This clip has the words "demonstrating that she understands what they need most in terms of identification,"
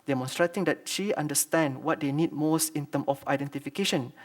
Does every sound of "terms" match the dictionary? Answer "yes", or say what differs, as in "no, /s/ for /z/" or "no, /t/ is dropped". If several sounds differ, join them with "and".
no, /z/ is dropped